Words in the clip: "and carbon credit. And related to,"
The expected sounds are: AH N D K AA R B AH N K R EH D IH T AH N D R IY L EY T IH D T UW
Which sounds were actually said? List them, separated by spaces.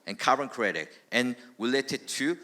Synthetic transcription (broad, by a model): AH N K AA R AH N K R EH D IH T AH N R IY L EY T IH D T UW